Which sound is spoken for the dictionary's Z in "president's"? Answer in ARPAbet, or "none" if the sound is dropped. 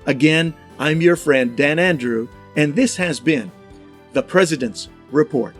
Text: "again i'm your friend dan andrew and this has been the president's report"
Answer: Z